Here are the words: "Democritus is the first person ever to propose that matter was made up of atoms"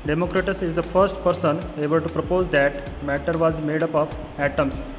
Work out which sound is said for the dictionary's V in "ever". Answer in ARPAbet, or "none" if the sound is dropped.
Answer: B